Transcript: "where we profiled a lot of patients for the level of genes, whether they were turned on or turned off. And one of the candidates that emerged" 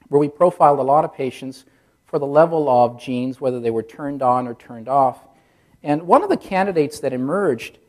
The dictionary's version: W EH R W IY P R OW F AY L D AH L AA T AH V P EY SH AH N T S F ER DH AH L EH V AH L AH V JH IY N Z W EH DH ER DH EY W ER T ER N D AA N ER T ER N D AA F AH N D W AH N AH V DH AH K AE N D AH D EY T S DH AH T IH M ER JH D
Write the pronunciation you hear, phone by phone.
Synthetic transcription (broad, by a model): W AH R W IY P R OW F AY L D AH L AA T AH V P EY SH AH N T S F ER DH AH L EH V L AH V JH IY N Z W EH DH ER DH EY W ER T ER N D N ER T ER N D AA F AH N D W AH N AH V DH AH K AE N D AH D EY T S DH AH T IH M ER JH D